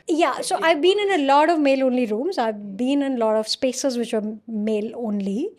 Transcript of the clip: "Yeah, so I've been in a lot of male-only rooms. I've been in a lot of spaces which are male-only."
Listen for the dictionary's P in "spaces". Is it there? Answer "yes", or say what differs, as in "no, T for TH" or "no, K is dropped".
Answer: yes